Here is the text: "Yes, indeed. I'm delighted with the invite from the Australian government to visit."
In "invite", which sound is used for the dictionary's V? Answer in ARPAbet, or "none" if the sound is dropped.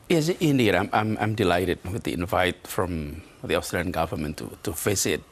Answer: V